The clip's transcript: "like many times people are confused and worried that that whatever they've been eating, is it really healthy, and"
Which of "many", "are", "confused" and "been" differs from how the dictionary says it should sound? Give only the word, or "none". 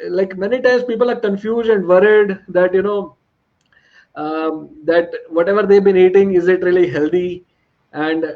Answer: none